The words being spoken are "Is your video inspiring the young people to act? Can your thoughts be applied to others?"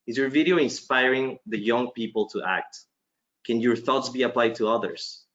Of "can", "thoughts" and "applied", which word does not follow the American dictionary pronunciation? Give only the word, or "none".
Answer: none